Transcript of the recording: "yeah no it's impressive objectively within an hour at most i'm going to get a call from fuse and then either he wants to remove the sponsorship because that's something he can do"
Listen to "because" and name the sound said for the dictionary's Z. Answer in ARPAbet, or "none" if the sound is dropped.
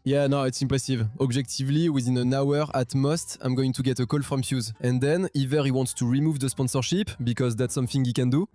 Z